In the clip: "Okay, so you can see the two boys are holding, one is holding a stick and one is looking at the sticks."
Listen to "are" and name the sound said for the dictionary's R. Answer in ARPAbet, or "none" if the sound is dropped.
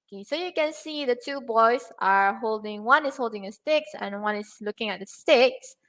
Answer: R